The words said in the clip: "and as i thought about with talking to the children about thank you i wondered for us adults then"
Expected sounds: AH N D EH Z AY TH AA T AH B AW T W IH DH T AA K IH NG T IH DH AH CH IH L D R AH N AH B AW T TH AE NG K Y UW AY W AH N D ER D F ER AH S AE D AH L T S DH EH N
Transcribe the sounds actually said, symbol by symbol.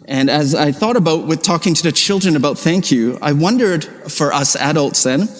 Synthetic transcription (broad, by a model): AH N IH Z AY TH AA T AH B AW T W IH DH T AA K IH NG T IH DH AH CH IH L D R AH N AH B AW T TH AE NG K Y UW AY W AH N D ER D F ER AH S AE D AH L T S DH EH N